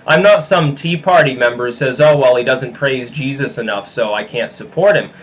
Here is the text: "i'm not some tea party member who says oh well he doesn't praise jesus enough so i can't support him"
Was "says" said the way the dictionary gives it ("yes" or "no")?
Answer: yes